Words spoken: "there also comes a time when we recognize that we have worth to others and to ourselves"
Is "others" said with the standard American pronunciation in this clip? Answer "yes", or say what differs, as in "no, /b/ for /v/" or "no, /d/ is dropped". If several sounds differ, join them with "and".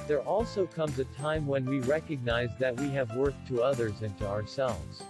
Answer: yes